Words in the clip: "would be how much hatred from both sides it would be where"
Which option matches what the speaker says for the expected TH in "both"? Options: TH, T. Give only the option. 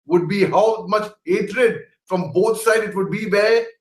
T